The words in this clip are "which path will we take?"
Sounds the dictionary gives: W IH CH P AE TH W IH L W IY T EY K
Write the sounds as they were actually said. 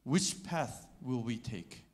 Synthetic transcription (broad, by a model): W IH CH P AE TH W IH L W IY T EY K